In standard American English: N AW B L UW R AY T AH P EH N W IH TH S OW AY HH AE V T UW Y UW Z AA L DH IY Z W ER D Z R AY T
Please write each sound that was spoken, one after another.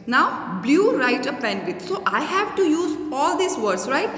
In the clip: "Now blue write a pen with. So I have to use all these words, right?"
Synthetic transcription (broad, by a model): N AW B L UW R AY T AH P EH N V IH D S OW AY HH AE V T UW Y UW Z AA L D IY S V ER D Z R AY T